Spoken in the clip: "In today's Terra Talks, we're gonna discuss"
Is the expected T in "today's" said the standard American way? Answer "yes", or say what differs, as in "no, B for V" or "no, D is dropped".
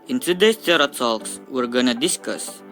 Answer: no, S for T